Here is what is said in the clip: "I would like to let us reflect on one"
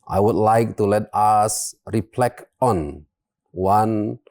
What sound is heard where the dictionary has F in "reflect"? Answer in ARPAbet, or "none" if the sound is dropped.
P